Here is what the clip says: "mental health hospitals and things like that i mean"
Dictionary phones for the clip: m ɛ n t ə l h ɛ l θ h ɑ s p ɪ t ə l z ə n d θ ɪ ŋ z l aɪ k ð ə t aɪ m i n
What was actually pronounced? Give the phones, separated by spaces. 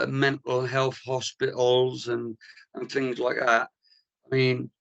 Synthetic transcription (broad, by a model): m ɛ n t l h ɛ l θ h ɑ s p ɪ t l z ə n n θ ɪ ŋ z l aɪ k ð ə t aɪ m i n